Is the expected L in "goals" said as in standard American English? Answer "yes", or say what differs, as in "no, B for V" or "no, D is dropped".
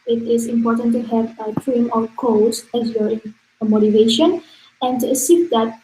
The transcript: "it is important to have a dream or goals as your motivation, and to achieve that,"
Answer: no, L is dropped